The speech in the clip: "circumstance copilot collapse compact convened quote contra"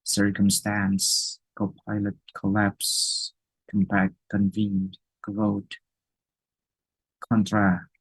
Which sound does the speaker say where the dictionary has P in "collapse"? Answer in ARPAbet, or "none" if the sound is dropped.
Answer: P